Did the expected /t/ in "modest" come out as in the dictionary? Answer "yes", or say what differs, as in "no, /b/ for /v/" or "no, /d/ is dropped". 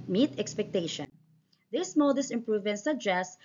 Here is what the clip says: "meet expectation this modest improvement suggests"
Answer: no, /t/ is dropped